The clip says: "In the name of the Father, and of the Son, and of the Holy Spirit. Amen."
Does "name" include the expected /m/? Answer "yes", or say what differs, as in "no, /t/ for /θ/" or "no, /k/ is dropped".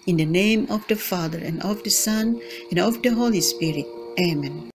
yes